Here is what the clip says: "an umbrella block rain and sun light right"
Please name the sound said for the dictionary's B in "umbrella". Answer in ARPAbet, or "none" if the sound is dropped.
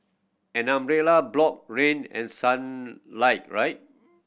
none